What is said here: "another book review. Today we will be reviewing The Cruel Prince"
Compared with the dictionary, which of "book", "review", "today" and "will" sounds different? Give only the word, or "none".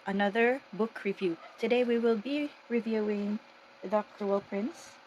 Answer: none